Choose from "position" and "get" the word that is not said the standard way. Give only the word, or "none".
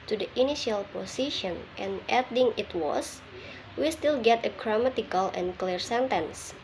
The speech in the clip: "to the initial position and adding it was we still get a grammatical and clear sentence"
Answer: position